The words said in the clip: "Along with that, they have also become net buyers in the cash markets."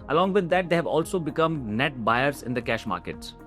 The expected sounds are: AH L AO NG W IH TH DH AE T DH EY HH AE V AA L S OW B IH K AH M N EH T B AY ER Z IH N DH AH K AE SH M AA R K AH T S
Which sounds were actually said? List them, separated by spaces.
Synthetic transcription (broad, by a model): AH L AO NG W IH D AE T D EY HH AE V AA L S OW B IH K AH M N EH T B AY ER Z IH N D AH K AE SH M AA R K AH T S